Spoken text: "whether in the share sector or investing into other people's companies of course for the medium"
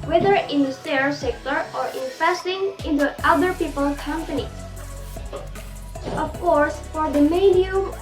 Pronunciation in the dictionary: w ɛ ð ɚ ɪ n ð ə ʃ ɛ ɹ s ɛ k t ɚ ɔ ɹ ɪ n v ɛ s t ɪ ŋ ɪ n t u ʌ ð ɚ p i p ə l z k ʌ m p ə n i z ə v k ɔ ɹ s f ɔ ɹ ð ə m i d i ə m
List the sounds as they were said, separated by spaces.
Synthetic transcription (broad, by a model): w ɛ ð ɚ ɪ n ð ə s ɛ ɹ s ɛ k t ɚ ɔ ɹ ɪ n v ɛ s t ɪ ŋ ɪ n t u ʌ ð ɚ p i p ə l k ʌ m p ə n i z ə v k ɔ ɹ s f ɔ ɹ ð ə m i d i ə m